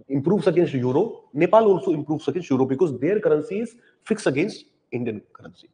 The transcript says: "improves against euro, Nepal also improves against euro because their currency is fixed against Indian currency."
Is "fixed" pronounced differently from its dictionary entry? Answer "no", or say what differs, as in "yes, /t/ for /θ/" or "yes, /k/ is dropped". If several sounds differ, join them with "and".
yes, /t/ is dropped